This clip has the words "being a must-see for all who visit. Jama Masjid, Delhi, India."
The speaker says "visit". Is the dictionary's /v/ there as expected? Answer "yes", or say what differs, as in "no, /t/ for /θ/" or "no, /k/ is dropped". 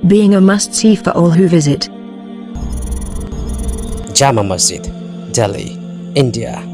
yes